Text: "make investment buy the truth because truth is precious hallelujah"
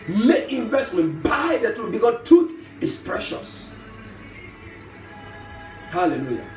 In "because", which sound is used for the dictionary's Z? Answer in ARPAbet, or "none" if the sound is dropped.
none